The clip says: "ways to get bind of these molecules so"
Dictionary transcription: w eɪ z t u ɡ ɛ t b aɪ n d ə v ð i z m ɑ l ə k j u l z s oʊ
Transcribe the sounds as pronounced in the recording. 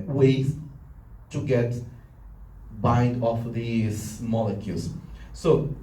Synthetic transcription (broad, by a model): w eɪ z t u ɡ ɛ t b aɪ n d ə f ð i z m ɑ l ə k j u l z s oʊ